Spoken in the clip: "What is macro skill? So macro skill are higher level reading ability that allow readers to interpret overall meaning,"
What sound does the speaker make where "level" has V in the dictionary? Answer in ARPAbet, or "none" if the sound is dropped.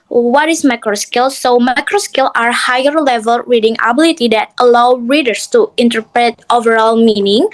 V